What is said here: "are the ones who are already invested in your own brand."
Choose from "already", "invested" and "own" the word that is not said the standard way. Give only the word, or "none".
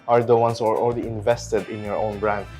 already